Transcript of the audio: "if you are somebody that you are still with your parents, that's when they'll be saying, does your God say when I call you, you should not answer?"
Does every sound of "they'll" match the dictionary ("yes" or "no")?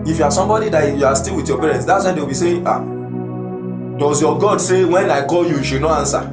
no